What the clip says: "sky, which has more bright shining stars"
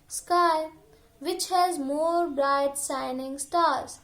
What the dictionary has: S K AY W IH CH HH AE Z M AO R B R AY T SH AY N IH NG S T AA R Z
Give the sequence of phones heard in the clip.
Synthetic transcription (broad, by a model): S K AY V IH CH HH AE Z M AO R B R AY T S AY N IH NG S T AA R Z